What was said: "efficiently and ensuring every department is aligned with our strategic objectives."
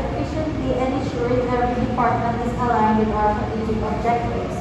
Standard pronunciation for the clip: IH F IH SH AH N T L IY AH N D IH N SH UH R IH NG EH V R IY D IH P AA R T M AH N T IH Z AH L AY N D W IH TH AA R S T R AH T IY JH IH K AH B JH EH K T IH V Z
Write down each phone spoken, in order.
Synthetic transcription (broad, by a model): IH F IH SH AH N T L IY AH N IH SH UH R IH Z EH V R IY D IH P AA R T M AH N T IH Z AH L AY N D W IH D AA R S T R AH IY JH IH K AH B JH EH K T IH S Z